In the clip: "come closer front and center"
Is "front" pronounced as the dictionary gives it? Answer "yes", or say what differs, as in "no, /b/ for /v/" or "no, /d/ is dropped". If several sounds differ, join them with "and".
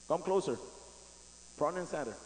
no, /p/ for /f/ and /t/ is dropped